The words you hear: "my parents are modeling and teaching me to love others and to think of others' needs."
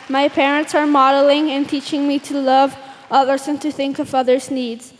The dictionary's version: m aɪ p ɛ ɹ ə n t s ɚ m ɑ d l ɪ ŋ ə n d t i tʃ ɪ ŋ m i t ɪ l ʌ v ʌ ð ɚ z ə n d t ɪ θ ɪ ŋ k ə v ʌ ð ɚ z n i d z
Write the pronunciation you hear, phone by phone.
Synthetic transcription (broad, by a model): m aɪ p ɛ ɹ ə n t s ɚ m ɑ d l ɪ ŋ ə n t i tʃ ɪ ŋ m i t ɪ l ʌ v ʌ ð ɚ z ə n t ɪ θ ɪ ŋ k ə v ʌ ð ɚ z n i d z